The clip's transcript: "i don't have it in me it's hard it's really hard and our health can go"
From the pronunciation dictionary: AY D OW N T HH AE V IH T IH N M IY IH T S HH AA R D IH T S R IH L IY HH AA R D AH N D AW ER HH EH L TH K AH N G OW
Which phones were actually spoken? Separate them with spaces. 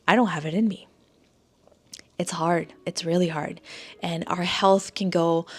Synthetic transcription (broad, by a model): AY D OW N T HH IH V IH T IH N M IY IH T S HH AA R D IH T S R IH L IY HH AA R D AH N AW ER HH EH L TH K AH N G OW